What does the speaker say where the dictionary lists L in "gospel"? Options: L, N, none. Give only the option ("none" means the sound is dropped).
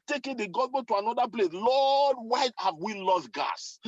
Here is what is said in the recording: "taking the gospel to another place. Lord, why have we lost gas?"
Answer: N